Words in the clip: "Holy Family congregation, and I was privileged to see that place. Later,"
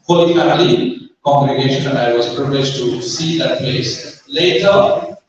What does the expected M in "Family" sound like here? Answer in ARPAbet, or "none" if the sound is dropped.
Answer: none